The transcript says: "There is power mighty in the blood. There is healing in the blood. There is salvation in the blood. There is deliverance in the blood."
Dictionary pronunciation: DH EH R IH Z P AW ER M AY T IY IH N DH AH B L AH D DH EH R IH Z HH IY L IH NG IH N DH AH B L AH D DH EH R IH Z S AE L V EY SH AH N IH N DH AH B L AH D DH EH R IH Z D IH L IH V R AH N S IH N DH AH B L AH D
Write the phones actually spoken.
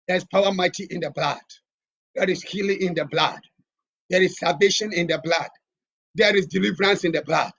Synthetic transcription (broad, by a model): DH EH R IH S P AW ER M AY T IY IH N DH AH B L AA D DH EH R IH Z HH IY L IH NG IH N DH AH B L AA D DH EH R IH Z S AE V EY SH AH N IH N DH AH B L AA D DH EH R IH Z D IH L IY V R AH N S IH N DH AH B L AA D